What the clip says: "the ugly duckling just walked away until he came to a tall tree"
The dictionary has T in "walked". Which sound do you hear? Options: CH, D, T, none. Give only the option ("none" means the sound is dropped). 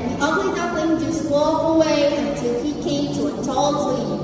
none